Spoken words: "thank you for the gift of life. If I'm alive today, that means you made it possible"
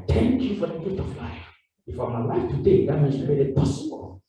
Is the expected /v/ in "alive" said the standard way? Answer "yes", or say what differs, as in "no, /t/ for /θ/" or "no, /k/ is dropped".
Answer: no, /f/ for /v/